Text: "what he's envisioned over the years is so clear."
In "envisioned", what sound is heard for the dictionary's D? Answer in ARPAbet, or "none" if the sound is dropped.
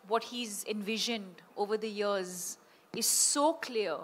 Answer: D